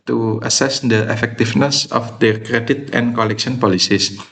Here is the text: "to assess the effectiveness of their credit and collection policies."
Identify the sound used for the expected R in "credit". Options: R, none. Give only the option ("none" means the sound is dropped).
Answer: R